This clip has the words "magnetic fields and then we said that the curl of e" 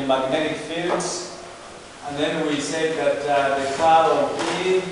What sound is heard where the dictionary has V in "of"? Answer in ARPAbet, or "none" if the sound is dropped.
P